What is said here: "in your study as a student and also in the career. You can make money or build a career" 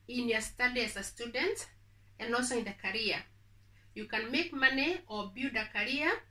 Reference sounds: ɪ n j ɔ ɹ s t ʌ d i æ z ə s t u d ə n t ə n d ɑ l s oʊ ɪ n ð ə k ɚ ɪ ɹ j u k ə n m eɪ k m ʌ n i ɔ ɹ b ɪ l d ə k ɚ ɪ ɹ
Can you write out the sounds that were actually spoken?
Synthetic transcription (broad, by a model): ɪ n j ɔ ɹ s t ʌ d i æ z ə s t u d ə n t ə n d ɑ l s oʊ ɪ n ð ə k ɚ ɹ j u k ə n m eɪ k m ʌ n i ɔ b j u d ə k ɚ ɹ